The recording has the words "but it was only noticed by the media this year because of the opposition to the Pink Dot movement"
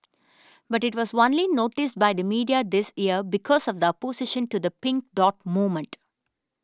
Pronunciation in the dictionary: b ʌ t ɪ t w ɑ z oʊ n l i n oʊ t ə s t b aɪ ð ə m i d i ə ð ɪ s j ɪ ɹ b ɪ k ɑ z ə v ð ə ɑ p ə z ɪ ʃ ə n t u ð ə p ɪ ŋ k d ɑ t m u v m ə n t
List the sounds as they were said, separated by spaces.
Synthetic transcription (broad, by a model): b ʌ t ɪ t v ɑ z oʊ n l i n oʊ t ə s t b aɪ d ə m i d i ə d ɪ s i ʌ ɹ b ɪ k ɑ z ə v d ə p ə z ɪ ʃ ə n t u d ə p ɪ ŋ k d ɑ t m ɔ m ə n t